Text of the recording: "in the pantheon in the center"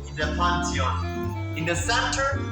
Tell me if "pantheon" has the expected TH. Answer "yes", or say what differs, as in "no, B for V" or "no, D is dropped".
no, T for TH